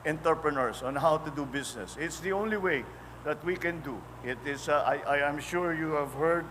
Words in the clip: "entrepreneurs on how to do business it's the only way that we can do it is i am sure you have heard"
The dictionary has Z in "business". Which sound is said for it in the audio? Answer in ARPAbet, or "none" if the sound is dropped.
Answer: S